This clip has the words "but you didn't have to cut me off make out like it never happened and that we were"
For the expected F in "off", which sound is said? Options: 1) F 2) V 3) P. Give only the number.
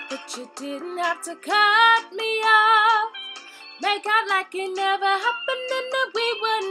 3